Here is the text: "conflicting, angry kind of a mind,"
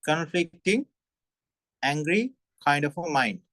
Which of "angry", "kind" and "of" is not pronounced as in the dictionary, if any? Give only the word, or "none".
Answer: of